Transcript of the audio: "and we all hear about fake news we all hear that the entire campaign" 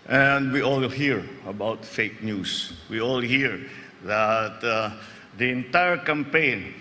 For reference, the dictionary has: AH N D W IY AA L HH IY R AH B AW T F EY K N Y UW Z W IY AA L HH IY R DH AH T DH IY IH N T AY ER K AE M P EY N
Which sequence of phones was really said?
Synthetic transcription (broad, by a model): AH N D W IY AA L HH IY R AH B AW T F EY K N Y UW S W IY AA L HH IY R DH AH T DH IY IH N T AY ER K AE M P EY N